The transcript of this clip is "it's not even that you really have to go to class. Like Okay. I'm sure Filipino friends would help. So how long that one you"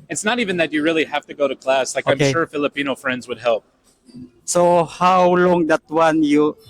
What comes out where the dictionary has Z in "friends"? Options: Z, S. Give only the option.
Z